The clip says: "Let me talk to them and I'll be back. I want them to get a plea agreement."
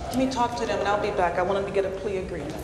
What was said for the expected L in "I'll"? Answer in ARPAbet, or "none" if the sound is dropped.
L